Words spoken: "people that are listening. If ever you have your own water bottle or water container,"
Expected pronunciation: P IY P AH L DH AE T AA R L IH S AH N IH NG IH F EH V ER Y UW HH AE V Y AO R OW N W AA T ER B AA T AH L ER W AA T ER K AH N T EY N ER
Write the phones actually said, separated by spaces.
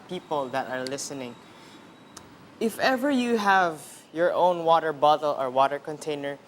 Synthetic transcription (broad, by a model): P IY P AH L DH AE T AA R L IH S AH N IH NG IH F EH V ER Y UW HH AE V Y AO R OW N W AA T ER B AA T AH L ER W AA T ER K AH N T EY N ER